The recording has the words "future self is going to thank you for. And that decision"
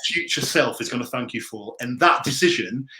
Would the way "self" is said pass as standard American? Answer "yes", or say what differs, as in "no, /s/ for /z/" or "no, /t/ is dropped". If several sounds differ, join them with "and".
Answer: yes